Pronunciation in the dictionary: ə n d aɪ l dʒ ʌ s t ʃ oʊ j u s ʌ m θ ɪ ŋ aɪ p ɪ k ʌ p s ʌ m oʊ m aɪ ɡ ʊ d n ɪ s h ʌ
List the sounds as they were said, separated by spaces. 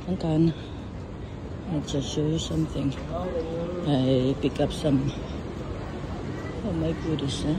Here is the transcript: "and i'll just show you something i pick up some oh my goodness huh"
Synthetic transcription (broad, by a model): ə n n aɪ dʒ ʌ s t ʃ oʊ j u s ʌ m θ ɪ ŋ aɪ p ɪ k ʌ p s ʌ m oʊ m aɪ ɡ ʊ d ɪ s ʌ